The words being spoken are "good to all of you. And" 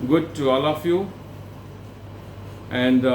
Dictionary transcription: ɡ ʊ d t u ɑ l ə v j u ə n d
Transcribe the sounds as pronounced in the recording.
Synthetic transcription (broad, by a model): ɡ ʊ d t u ɑ l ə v j u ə n d